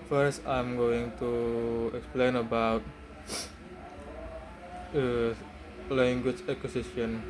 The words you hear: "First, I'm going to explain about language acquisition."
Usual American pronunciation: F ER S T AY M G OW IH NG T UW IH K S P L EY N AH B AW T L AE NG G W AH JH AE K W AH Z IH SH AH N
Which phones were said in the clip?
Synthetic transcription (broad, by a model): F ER S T AY M G OW IH NG T UW IH K S P L EY N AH B AW T L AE NG G W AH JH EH K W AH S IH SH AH N